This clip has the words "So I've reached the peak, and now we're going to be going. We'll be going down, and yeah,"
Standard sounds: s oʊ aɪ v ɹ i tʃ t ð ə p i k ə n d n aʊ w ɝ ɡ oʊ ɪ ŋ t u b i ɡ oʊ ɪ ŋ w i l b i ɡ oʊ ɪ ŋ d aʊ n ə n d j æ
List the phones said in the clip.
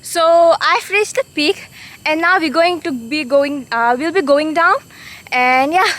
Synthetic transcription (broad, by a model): s oʊ aɪ f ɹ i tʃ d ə p i k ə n n aʊ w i ɡ oʊ ɪ ŋ t u b i ɡ oʊ ɪ ŋ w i l b i ɡ oʊ ɪ ŋ d aʊ n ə n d j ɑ